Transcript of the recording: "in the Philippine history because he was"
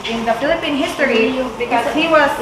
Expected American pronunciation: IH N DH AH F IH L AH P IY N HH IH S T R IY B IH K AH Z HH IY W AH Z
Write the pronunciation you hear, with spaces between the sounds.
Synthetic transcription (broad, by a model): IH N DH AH F IH L AH P IY N HH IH S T IY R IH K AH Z HH IY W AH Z